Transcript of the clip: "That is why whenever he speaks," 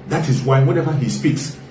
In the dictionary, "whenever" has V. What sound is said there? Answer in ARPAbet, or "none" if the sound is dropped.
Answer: V